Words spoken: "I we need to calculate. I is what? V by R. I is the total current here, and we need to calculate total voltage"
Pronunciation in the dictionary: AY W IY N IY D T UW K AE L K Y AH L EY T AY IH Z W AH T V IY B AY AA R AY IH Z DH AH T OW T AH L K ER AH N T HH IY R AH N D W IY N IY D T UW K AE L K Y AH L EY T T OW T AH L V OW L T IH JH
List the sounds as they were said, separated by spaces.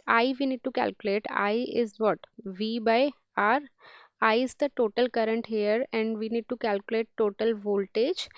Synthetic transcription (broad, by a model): AY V IY N IY D T UW K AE L K Y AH L EY T AY IH Z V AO T V IY B AY AA R AY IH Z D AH T OW T AH L K ER AH N T HH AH R AH N D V IY N IY D T UW K AE L K Y AH L EY T T OW T AH L V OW L T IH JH